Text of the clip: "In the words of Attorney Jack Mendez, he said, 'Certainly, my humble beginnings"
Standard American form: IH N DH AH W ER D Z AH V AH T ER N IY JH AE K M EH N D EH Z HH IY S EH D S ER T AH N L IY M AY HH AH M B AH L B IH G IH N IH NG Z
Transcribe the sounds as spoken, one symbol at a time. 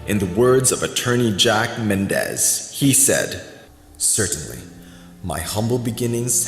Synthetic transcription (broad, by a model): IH N DH AH W ER D Z AH V AH T ER N IY JH AE K M EH N D EH Z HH IY S EH D S ER T N L IY M AY HH AH M B L B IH G IH N IH NG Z